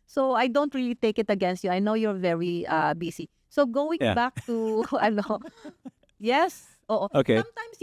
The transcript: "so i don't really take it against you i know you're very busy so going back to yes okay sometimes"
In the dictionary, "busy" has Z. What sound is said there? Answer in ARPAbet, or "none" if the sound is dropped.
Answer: S